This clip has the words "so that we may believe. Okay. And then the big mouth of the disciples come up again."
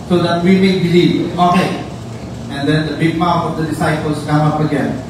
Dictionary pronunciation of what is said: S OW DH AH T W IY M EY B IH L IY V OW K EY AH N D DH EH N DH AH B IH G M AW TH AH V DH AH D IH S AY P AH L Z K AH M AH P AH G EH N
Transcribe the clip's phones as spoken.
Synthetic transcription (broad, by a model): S OW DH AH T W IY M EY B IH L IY OW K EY AH N D EH N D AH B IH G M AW F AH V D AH D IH S AY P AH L S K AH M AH P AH G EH N